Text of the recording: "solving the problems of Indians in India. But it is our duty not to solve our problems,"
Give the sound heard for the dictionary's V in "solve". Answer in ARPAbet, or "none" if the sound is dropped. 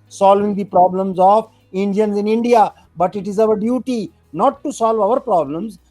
V